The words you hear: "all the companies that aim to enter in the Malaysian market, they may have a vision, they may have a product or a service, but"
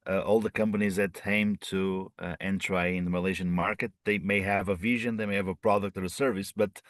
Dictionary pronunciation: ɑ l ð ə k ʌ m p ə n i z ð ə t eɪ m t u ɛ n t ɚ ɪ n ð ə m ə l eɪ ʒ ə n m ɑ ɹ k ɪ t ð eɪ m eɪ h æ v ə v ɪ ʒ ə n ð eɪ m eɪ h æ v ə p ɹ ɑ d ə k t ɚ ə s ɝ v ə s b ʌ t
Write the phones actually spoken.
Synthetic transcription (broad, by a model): ɑ l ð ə k ʌ m p ə n i z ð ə t eɪ m t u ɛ n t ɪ ɪ n ð ə m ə l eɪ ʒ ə n m ɑ ɹ k ɪ t ð eɪ m eɪ h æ v ə v ɪ ʒ ə n ð eɪ m eɪ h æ v ə p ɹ ɑ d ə k t ɚ ə s ɝ v ə s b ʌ t